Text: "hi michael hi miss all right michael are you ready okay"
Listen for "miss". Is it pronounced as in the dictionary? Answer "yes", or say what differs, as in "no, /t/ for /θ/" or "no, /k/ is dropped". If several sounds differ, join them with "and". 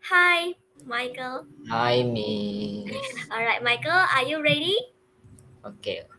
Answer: no, /s/ is dropped